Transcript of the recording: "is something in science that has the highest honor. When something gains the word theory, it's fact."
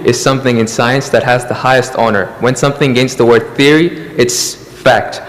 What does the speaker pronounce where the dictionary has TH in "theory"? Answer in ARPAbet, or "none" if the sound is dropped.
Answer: TH